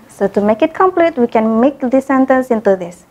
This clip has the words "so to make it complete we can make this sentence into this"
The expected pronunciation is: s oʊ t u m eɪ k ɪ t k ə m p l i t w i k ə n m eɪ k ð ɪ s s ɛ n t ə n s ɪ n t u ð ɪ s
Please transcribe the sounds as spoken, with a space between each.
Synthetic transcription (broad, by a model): s oʊ t u m eɪ k ɪ t k ə m p l i t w i k ə n m eɪ k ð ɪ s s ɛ n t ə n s ɪ n t u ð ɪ s